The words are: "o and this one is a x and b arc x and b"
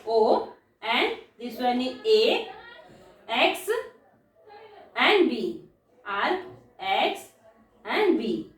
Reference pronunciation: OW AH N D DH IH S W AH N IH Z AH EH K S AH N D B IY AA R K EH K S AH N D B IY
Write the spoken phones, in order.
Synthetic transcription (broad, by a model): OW AH N D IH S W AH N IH AH EH K S AH N D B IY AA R EH K S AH N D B IY